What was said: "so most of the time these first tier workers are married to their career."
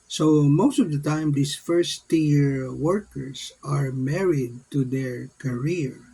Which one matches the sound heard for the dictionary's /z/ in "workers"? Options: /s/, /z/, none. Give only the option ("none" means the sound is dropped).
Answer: /s/